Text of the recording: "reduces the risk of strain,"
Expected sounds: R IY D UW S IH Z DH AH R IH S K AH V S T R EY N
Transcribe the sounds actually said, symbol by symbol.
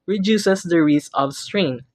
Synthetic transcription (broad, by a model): R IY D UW S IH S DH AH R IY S AH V S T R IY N